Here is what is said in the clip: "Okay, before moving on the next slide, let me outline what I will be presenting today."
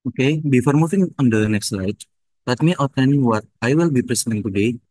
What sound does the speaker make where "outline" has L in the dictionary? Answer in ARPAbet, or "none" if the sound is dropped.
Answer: N